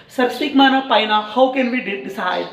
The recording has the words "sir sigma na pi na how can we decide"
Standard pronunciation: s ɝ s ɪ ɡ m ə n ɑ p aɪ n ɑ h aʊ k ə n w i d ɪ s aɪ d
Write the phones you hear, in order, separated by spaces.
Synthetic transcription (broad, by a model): s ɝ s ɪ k m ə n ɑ p aɪ n ɑ h aʊ k ə n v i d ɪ s aɪ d